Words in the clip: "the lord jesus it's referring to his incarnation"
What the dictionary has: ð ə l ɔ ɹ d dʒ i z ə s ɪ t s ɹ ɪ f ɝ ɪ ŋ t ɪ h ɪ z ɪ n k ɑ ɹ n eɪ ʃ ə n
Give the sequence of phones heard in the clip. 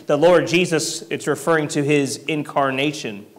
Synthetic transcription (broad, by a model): ð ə l ɔ ɹ d dʒ i z ə s ɪ t s ɹ ɪ f ɝ ɪ ŋ t ɪ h ɪ z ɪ n k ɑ ɹ n eɪ ʃ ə n